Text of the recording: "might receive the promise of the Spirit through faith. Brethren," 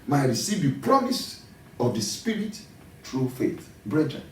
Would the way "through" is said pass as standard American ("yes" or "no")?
no